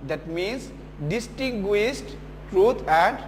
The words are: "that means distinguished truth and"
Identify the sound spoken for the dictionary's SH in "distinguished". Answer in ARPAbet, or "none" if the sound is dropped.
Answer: S